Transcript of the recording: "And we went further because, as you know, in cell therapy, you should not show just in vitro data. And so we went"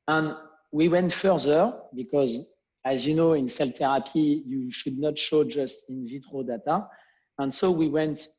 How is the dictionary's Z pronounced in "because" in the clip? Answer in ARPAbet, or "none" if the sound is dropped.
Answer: Z